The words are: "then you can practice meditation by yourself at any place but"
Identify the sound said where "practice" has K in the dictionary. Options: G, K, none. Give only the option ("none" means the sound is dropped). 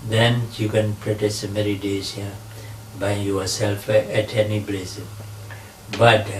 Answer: none